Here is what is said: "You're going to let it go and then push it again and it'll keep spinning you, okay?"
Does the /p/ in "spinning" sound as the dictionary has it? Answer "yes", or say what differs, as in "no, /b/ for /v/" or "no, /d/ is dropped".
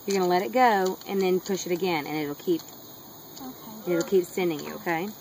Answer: no, /p/ is dropped